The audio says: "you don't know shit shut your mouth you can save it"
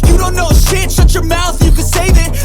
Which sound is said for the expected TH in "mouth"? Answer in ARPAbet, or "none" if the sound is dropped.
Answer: TH